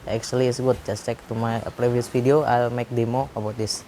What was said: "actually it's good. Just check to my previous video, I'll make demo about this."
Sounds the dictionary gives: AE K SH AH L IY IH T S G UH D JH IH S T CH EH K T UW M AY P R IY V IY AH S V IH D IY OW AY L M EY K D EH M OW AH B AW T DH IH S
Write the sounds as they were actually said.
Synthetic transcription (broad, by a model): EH K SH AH L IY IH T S G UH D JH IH S CH EH K T UW M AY P R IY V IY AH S F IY D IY OW AY L M EY K D EH M OW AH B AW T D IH S